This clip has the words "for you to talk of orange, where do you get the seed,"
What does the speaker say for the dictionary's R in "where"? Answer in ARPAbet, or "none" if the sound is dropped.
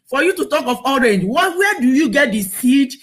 W